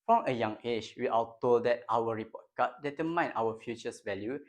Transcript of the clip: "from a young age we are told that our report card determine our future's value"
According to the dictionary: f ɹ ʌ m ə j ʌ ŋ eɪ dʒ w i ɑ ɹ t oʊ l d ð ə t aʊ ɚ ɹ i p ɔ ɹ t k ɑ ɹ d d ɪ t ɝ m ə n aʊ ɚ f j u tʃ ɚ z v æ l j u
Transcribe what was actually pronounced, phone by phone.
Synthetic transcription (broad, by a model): f ɹ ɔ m ə j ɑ ŋ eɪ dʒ w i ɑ l t oʊ l d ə t aʊ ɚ ɹ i p ɔ t k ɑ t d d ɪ t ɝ m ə n aʊ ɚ f j u tʃ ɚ s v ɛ l j u